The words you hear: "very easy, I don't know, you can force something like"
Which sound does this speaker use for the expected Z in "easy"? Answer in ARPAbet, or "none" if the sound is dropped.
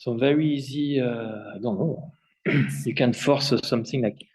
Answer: Z